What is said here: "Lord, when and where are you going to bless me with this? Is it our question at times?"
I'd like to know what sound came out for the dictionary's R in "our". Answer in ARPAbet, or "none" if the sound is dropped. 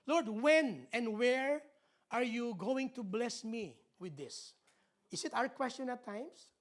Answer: R